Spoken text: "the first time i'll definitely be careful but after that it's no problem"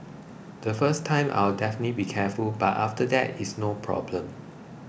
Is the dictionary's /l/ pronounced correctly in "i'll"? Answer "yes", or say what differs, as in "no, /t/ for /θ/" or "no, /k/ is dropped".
no, /w/ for /l/